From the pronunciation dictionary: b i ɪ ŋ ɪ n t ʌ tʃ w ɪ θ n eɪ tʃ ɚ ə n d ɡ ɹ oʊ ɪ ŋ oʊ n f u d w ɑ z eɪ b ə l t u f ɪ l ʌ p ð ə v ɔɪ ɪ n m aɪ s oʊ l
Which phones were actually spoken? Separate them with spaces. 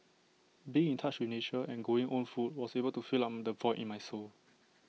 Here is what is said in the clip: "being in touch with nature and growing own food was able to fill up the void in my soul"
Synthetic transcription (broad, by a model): b i ɪ ŋ ɪ n t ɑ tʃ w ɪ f n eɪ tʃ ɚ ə n ɡ oʊ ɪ ŋ oʊ n f u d w ɑ s eɪ b ə l t u f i l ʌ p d ə v ɔɪ ɪ n m aɪ s oʊ l